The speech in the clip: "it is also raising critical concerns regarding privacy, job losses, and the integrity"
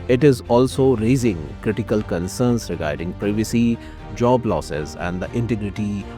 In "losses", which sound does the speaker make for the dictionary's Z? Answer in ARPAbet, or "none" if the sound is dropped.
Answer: Z